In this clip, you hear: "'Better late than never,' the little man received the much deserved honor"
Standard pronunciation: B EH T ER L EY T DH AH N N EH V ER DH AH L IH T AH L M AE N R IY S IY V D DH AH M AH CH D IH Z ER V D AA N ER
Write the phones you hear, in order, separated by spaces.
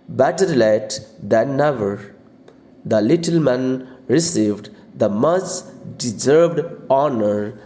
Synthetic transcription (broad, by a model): B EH T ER L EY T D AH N N EH V ER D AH L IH T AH L M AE N R IY S IY V D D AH M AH S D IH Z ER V D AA N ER